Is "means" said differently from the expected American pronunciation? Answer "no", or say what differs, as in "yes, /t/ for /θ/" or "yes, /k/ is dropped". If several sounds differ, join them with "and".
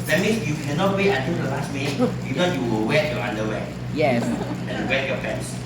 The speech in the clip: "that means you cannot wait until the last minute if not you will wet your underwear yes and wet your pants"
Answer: yes, /s/ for /z/